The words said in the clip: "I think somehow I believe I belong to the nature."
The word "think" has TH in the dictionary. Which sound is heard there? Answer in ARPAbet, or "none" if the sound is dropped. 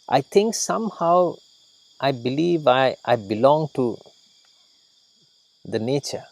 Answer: T